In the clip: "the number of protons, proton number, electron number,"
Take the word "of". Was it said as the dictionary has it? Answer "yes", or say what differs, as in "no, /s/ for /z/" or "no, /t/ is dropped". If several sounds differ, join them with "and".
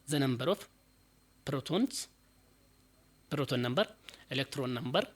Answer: no, /f/ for /v/